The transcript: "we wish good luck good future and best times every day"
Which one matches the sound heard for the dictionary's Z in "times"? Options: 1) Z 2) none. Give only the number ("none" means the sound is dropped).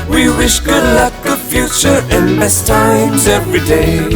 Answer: 1